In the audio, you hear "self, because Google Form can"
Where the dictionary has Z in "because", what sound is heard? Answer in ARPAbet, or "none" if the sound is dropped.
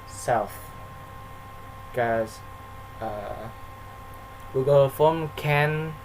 none